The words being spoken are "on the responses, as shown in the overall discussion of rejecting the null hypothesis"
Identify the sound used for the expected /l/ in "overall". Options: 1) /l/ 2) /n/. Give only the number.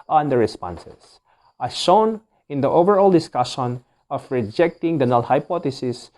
1